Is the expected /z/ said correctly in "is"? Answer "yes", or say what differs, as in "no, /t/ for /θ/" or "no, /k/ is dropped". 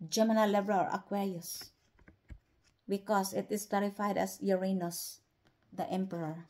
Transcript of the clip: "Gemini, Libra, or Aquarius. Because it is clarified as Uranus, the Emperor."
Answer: no, /s/ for /z/